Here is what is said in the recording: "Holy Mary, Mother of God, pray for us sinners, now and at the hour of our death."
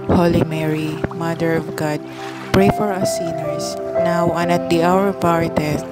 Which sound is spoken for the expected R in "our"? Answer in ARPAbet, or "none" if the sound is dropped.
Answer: R